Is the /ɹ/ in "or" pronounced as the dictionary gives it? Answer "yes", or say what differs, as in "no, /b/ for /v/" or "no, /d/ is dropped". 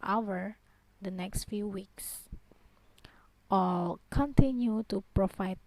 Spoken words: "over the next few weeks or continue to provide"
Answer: no, /l/ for /ɹ/